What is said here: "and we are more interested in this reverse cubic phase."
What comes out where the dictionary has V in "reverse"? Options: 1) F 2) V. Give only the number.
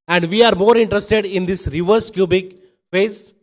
2